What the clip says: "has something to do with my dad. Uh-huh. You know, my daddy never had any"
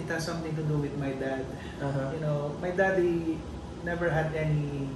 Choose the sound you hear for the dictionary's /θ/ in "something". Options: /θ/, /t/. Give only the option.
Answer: /t/